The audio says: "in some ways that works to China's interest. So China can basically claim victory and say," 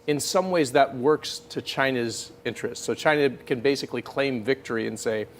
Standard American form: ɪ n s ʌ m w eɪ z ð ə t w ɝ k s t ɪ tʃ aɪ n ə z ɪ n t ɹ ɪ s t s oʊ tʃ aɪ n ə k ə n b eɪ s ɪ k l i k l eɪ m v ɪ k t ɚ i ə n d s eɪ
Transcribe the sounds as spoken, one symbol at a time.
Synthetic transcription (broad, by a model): ɪ n s ʌ m w eɪ z ð ə t w ɝ k s t ɪ tʃ aɪ n ə z ɪ n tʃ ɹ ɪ s t s oʊ tʃ aɪ n ə k ə n b eɪ s ɪ k l i k l eɪ m v ɪ k t ɚ i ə n s eɪ